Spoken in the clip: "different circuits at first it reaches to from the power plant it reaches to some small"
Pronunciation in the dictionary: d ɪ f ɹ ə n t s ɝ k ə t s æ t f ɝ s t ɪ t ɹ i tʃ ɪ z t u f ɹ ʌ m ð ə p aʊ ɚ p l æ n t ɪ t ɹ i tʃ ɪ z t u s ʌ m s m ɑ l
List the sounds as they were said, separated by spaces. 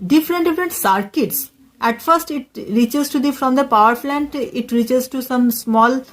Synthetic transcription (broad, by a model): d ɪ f ɹ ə n t s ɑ k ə t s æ t f ɝ s t ɪ t ɹ i tʃ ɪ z t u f ɹ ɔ m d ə p aʊ ɚ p l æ n t ɪ t ɹ i tʃ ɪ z t u s ʌ m s m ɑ l